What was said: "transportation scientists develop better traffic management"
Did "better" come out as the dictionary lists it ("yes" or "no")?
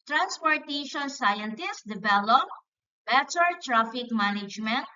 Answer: no